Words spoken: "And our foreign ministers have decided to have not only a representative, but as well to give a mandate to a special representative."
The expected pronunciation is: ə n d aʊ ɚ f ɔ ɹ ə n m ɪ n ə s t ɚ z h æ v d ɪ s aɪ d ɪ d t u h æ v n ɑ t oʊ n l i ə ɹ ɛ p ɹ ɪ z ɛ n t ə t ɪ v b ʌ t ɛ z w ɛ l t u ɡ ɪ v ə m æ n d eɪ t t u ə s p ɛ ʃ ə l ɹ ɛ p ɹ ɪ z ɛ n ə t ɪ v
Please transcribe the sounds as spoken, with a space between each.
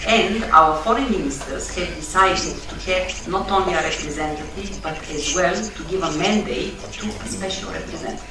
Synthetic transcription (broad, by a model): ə n d aʊ ɚ f ɔ ɹ ə n m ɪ n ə s t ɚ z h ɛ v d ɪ s aɪ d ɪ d t u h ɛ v n ɑ t oʊ n l i ə ɹ ɛ p ɹ ɪ z ɛ n t ə t ɪ v b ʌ t ɛ z w ɛ l t u ɡ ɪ v ə m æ n d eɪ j t u s p ɛ ʃ ə l ɹ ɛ p ɹ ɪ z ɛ n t